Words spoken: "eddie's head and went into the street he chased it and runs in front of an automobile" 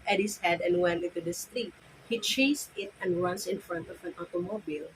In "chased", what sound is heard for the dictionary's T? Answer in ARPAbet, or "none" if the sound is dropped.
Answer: none